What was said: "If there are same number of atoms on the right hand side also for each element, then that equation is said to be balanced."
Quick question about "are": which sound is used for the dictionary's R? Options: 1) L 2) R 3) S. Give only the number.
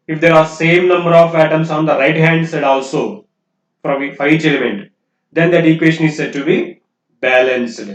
2